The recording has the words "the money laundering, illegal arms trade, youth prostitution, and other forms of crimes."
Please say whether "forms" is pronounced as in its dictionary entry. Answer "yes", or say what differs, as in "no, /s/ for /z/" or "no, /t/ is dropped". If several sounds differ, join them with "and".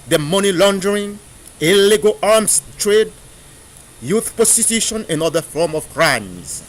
no, /z/ is dropped